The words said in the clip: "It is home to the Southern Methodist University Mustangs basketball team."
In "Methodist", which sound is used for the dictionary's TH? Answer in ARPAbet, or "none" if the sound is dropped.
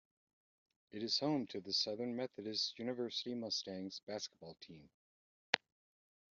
TH